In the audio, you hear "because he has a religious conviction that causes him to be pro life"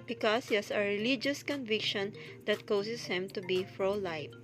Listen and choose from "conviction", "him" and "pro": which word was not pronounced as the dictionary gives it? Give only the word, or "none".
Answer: pro